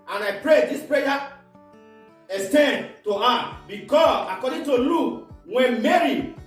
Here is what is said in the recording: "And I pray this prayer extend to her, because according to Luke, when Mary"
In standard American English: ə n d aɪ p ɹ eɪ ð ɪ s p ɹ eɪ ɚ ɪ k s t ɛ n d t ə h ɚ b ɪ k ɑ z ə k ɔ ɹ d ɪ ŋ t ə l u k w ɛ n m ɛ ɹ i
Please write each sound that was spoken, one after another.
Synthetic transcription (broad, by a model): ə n aɪ p ɹ eɪ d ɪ s p ɹ eɪ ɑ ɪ s t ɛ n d t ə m b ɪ k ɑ s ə k ɔ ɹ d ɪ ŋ t ə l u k w ɛ n m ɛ ɹ i